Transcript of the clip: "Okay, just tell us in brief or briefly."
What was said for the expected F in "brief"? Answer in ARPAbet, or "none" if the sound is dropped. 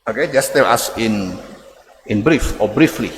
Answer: F